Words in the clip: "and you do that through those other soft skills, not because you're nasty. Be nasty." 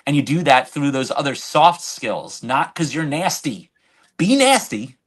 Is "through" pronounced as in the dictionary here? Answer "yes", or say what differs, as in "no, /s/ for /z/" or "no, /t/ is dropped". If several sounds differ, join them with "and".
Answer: yes